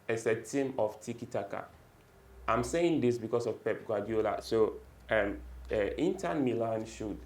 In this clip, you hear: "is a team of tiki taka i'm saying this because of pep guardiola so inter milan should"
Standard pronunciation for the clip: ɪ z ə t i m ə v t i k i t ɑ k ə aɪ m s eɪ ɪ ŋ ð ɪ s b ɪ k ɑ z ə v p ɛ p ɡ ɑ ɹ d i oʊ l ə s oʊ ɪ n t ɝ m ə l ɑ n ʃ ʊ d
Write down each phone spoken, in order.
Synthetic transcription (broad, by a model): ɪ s ə t i m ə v t i k i t ɑ k ə aɪ m s eɪ ɪ ŋ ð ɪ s b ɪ k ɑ s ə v p ɛ p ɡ ɑ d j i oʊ l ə s oʊ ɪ n t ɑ m ə l ɑ n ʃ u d